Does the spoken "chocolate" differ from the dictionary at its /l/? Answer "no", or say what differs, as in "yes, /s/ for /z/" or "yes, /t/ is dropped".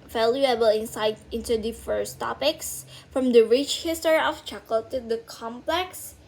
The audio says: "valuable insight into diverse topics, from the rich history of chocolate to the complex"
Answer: yes, /l/ is dropped